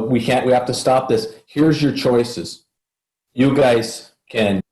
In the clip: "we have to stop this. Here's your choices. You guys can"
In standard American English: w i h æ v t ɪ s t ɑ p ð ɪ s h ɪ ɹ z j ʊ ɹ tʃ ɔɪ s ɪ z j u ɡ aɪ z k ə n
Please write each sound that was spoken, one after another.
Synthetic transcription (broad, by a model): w i h æ f t ɪ s t ɑ p ð ɪ s h ɪ ɹ z j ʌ ɹ tʃ ɔɪ s ɪ z j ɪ ɡ aɪ z k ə n